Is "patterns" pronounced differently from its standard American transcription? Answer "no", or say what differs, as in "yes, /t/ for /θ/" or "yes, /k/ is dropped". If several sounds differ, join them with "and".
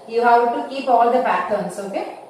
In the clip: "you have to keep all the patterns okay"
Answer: yes, /b/ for /p/